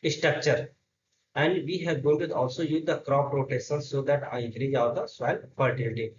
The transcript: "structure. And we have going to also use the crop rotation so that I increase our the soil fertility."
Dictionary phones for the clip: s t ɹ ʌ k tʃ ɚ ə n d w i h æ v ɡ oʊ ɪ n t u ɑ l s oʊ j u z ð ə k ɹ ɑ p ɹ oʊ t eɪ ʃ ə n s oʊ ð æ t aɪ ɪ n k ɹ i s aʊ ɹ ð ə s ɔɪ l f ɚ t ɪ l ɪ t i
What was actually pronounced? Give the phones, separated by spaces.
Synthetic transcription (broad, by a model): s t ɹ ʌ k tʃ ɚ ə n d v i h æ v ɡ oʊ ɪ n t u ɑ l s oʊ j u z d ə k ɹ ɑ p ɹ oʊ t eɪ s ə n s oʊ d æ t aɪ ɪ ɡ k ɹ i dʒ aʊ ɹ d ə s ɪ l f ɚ t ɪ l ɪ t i